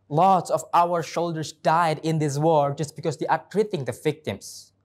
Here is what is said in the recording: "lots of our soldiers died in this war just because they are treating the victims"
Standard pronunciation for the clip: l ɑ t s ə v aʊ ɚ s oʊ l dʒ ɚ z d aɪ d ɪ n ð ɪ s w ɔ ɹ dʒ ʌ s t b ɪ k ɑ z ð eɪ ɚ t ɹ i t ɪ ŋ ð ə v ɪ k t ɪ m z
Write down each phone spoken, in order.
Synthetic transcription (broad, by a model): l ɑ t s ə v aʊ ɚ ʃ oʊ l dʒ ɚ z d aɪ d ɪ n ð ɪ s w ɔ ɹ dʒ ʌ s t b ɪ k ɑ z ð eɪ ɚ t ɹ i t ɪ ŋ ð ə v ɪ k t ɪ m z